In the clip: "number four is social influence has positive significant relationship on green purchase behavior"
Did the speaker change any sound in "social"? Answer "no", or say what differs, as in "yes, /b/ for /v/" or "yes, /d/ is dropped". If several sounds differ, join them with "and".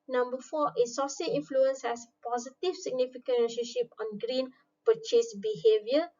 yes, /s/ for /ʃ/